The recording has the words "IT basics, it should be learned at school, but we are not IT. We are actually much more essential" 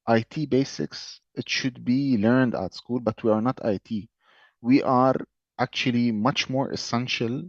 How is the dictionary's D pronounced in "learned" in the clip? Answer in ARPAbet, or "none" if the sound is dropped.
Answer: D